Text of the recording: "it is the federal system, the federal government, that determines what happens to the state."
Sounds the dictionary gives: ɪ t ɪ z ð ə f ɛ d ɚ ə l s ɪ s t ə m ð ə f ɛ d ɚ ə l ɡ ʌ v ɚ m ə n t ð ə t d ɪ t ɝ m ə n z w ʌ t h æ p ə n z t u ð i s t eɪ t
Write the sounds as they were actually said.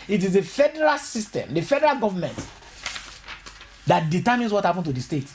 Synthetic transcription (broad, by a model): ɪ t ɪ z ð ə f ɛ d ɚ ə l s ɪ s t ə m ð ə f ɛ d ɚ ə l ɡ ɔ v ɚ m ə n t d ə t d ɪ t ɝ m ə n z w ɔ t h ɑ p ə n t u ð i s t eɪ t